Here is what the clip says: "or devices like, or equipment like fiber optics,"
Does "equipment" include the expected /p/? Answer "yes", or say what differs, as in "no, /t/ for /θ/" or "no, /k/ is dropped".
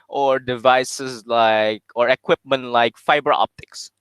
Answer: yes